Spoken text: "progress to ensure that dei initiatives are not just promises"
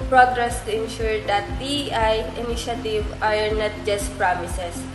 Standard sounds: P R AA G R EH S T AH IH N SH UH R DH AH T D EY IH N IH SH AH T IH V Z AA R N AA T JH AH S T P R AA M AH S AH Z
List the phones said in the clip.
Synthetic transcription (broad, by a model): P R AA G R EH S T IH N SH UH R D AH T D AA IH N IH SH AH T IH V AA R N AA T JH AH S T P R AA M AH S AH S